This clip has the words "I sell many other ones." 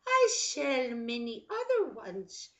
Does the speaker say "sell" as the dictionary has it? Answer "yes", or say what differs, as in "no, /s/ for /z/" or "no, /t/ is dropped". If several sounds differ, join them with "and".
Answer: no, /ʃ/ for /s/